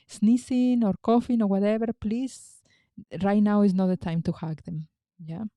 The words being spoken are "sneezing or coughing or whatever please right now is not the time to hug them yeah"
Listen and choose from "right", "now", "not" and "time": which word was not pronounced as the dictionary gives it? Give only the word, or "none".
none